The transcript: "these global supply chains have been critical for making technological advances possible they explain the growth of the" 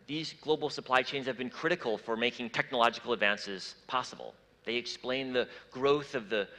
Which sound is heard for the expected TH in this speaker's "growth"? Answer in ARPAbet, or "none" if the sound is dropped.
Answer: TH